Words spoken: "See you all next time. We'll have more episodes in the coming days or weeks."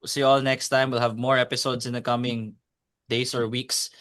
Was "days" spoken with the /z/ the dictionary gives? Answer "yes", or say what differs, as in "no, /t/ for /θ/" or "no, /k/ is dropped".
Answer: no, /s/ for /z/